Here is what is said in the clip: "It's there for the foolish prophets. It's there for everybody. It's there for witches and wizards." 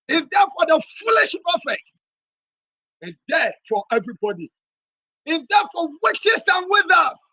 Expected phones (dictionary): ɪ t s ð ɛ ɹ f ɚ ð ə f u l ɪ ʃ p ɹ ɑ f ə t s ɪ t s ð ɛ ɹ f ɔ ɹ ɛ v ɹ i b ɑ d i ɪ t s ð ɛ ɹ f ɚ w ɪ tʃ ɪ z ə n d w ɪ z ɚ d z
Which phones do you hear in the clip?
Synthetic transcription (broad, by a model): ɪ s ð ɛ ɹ f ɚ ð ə f u l ɪ ʃ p ɑ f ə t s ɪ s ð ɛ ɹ f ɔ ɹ ɛ v ɹ i b ɑ d i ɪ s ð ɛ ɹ f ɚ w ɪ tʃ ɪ s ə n w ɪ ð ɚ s